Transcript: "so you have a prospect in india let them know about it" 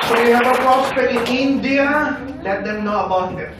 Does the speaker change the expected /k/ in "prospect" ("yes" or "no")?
yes